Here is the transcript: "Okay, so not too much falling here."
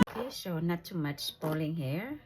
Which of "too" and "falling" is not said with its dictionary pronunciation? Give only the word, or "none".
falling